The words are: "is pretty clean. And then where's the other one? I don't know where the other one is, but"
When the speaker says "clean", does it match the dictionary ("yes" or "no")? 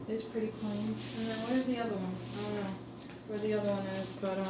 no